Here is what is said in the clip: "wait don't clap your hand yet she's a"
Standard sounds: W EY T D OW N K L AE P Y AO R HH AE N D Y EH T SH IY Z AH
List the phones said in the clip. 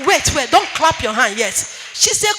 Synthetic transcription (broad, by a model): W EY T D OW N K L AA P Y AO HH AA N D Y EH T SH IY S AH